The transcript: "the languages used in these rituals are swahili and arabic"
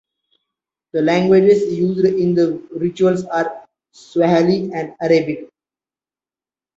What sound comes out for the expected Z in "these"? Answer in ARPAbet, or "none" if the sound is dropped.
none